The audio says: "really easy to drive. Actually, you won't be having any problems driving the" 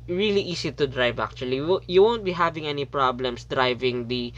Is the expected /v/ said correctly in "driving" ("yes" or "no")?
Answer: yes